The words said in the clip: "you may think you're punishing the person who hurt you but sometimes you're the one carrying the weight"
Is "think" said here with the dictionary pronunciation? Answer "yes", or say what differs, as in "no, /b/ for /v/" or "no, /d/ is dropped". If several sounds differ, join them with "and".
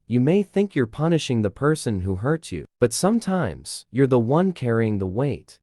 yes